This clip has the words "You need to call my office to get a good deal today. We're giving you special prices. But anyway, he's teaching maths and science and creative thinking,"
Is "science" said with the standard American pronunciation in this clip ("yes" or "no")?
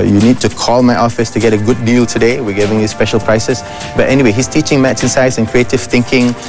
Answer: no